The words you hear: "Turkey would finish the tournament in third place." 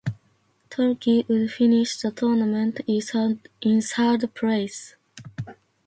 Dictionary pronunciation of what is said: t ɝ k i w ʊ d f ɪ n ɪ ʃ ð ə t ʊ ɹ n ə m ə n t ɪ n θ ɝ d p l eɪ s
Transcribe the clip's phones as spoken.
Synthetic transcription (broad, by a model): t ɝ k i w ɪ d f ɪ n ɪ ʃ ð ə t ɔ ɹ n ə m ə n t ɪ n s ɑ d p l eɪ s